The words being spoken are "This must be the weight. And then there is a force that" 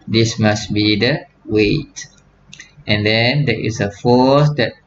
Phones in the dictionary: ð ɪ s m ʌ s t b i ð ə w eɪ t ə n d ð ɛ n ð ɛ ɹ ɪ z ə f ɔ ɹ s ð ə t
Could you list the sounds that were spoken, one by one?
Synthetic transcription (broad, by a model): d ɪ s m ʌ s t b i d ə w eɪ t ə n d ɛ n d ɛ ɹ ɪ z ə f ɔ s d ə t